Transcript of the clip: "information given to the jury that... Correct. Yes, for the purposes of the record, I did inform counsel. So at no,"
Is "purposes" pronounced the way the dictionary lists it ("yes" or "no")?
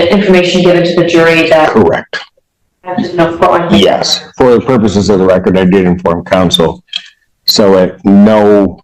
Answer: yes